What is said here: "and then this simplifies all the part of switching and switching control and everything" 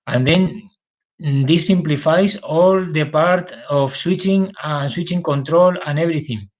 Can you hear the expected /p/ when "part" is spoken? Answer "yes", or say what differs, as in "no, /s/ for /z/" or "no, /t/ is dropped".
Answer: yes